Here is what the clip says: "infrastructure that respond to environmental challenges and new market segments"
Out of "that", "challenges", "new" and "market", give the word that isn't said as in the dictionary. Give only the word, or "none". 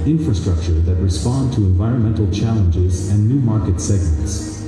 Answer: none